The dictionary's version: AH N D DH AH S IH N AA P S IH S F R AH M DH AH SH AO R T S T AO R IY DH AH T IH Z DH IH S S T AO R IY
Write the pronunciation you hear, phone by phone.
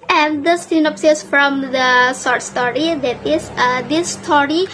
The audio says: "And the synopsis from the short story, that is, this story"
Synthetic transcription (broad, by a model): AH N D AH S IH N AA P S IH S F R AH M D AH S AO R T S T AO R IY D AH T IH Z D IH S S T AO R IY